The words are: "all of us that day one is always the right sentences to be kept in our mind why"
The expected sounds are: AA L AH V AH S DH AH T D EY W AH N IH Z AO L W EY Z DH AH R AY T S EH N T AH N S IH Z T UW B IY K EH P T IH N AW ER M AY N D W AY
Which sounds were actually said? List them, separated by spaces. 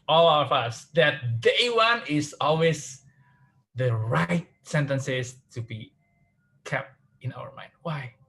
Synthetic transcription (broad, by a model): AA L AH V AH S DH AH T D EY W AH N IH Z AO L W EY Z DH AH R AY T S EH N T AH N S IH S T UW B IY K EH P T IH N AW ER M AY N D W AY